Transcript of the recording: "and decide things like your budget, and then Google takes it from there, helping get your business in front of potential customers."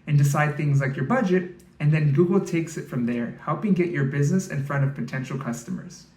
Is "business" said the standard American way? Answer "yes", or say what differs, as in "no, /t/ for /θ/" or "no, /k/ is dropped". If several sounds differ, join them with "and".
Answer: yes